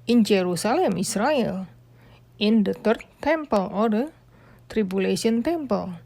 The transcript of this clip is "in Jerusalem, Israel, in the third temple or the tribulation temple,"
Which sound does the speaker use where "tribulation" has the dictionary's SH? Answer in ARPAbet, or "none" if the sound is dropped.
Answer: S